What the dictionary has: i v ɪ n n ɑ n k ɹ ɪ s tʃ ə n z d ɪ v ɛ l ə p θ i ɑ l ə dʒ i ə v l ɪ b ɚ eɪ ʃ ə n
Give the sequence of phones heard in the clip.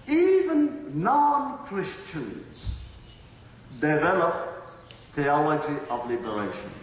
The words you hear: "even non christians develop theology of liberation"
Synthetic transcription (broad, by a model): i v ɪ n n ɑ n k ɹ ɪ s tʃ ə n z d ɪ v ɛ l ə p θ i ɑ l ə dʒ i ə v l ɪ b ɚ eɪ ʃ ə n